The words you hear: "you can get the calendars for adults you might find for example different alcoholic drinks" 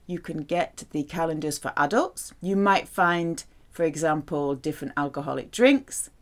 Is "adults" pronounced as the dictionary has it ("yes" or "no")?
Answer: yes